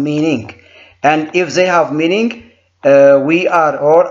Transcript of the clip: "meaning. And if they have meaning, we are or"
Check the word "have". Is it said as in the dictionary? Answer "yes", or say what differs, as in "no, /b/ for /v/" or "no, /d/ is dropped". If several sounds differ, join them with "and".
yes